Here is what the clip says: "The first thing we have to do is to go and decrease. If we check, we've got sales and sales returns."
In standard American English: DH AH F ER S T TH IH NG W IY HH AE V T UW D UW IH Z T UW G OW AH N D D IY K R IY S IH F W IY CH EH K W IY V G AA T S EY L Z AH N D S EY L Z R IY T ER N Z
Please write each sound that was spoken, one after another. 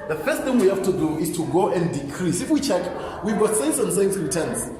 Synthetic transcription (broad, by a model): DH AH F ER S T TH IH NG W IY HH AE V T UW D UW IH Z T UW G OW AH N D D IY K R IY S IH F W IY CH EH K W IY V G AA T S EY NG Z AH N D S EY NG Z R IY T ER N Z